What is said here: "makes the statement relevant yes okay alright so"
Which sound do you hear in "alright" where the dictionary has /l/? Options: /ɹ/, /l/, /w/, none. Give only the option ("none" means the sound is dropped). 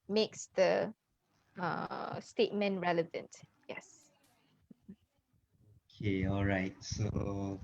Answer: /l/